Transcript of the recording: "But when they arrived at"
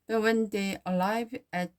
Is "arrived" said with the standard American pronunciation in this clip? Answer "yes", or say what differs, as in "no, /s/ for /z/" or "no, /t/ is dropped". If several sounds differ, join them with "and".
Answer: no, /d/ is dropped